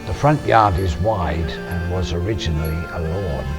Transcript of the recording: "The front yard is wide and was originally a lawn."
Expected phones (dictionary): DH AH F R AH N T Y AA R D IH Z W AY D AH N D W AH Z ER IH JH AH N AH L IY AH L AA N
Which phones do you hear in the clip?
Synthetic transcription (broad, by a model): DH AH F R AH N T Y AA R D IH Z W AY D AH N W AH Z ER IH JH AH N L IY AH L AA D